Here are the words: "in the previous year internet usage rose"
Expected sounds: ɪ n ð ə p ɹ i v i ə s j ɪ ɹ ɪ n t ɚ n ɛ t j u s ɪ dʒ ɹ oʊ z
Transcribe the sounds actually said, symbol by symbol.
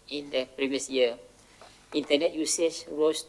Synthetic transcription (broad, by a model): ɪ n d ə p ɹ i v i ə s j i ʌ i n t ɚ n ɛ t j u s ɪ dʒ ɹ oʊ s